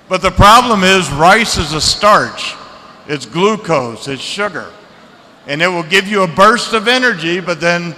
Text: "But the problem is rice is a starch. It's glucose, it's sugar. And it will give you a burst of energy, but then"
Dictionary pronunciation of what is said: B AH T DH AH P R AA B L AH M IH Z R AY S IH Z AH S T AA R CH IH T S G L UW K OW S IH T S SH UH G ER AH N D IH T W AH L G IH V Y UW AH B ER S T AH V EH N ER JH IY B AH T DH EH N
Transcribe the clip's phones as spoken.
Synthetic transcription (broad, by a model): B AH T DH AH P R AA B L AH M IH Z R AY S IH Z AH S T AA R CH IH T S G L UW K OW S IH T S SH UH G ER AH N IH T W AH L G IH V Y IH AH B ER S T AH V EH N ER JH IY B AH T DH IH N